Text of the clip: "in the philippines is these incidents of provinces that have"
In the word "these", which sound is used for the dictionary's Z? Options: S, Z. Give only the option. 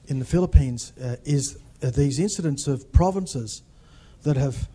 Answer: Z